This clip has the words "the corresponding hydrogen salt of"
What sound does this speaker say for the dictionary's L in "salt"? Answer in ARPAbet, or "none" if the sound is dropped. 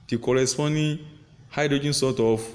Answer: none